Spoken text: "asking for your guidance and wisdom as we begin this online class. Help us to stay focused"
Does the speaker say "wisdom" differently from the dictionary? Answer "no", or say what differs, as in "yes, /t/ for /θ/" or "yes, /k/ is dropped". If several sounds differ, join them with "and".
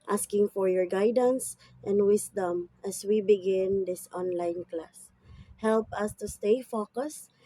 yes, /s/ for /z/